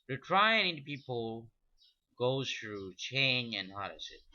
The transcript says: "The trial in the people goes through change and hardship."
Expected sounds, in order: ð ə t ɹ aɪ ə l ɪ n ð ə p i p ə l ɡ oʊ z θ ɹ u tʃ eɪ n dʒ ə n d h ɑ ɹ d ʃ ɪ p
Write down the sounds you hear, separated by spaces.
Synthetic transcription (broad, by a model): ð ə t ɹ aɪ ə n ɪ n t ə p i p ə l ɡ oʊ z θ ɹ u tʃ eɪ n dʒ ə n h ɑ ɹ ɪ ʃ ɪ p